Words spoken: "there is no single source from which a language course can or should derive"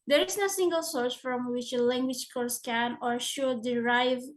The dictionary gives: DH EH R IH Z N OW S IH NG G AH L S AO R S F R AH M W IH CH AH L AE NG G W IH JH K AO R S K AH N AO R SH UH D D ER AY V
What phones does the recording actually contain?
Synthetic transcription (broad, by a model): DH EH R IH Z N OW S IH NG G AH L S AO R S F R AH M W IH CH AH L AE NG G W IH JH K AO R S K AH N AO R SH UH D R AY V